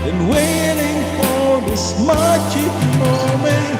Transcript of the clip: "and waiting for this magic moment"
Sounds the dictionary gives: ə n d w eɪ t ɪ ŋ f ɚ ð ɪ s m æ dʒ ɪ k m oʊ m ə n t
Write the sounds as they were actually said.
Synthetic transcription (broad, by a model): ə n w eɪ t ɪ ŋ f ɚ ð ɪ s m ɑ tʃ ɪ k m oʊ m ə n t